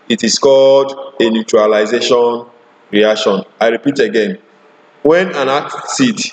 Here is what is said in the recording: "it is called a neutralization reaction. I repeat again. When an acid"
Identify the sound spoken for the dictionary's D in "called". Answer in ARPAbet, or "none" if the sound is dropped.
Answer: D